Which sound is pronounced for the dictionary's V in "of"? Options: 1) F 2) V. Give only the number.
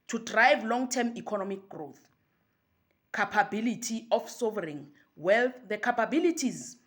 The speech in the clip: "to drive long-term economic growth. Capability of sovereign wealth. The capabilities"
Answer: 1